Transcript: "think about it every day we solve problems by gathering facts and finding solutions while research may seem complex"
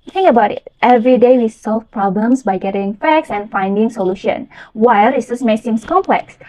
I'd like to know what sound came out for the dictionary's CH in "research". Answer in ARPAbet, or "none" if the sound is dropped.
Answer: S